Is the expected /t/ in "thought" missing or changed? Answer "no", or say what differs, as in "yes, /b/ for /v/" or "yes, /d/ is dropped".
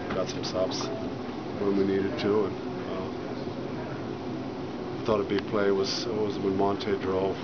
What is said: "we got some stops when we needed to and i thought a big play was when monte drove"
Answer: no